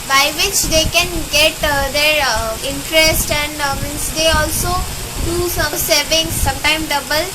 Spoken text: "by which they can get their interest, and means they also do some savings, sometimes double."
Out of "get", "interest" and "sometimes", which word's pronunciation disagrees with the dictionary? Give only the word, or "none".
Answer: sometimes